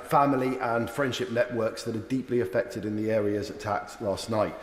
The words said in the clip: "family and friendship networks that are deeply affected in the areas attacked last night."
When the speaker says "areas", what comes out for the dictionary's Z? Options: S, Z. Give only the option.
Z